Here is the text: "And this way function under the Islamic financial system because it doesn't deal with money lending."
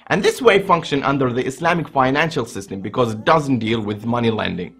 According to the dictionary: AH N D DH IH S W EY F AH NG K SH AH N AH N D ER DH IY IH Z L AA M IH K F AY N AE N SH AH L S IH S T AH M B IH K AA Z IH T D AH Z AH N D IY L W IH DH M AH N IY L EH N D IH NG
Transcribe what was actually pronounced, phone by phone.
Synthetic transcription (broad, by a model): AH N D DH IH S W EY F AH NG K SH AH N AH N D ER DH IY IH S L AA M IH K F AY N AE N SH AH L S IH S T AH M B IH K AA Z IH T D AH Z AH N D IY L W IH DH M AH N IY L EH N D IH NG